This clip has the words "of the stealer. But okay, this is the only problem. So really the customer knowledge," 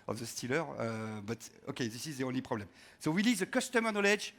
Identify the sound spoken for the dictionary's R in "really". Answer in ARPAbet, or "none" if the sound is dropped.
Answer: W